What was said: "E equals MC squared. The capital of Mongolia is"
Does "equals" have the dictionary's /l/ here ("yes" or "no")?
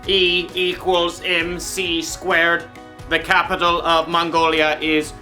yes